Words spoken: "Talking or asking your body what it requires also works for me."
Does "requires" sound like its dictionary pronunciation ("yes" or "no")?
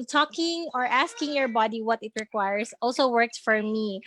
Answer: no